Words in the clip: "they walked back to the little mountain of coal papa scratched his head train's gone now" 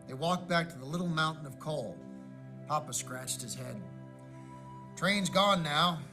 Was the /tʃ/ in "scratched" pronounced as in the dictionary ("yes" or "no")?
yes